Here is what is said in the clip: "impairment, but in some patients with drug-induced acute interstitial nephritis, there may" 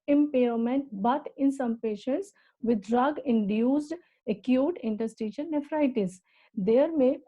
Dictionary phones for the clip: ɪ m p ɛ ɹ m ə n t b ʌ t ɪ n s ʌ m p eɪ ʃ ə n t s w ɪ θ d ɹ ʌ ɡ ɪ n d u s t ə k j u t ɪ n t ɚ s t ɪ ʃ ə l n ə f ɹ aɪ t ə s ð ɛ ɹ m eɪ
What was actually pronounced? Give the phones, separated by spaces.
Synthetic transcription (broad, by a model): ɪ m p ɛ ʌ m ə n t b ʌ t ɪ n s ʌ m p eɪ ʃ ə n t s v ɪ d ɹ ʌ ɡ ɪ n d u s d ə k j u t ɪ n t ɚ s t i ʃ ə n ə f ɹ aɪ t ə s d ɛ ɹ m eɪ